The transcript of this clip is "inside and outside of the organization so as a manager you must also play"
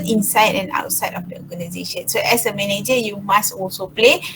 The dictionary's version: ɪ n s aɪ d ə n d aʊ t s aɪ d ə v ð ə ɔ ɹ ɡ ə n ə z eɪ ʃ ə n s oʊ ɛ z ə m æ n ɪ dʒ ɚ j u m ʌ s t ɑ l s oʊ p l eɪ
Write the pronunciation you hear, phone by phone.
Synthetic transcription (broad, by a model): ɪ n s aɪ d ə n aʊ t s aɪ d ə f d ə ɔ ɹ ɡ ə n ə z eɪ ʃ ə n s oʊ ɛ s ə m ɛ n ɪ dʒ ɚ j u m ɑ s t ɑ l s oʊ p l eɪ